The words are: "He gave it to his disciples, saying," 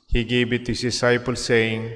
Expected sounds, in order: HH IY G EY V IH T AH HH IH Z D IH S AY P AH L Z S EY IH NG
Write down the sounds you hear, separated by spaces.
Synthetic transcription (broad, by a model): HH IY G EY B IH T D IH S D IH S AY P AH L S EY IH NG